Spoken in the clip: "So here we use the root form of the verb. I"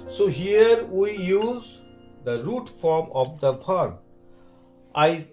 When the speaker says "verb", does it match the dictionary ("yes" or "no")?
no